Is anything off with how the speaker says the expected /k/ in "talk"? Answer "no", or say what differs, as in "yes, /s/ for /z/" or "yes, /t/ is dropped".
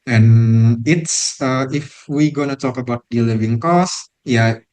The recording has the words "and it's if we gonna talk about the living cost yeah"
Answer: no